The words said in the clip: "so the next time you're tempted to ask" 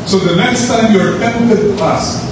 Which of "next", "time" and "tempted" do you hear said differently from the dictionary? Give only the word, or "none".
tempted